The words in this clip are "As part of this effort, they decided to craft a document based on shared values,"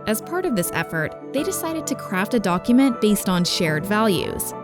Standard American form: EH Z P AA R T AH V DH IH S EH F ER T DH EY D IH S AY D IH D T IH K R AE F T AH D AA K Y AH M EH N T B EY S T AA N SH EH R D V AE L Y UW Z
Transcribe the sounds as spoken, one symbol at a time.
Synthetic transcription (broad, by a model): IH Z P AA R T AH V DH IH S EH F ER T DH EY D IH S AY D IH D T IH K R AE F T AH D AA K Y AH M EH N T B EY S T N SH EH R D V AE L Y UW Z